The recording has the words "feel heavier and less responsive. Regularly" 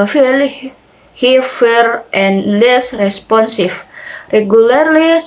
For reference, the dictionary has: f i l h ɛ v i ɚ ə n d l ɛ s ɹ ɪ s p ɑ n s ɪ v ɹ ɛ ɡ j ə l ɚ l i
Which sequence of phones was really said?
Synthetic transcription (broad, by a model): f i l h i f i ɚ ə n l ɛ s ɹ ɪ s p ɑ n s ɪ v ɹ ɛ ɡ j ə l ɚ l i